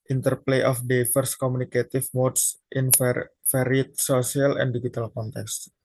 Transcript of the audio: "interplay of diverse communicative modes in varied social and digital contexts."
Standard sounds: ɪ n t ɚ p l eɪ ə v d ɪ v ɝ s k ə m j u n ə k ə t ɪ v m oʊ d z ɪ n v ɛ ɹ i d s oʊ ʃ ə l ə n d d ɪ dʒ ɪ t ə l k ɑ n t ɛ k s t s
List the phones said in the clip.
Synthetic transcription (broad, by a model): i n t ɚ p l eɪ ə f d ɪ f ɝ s k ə m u n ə k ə t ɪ f m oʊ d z ɪ n f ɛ ɹ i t s oʊ s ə l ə n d d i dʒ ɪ t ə l k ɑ n t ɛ k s s